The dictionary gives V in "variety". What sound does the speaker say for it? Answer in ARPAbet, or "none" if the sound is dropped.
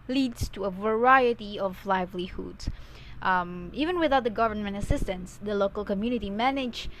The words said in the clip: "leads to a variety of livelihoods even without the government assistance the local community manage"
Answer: V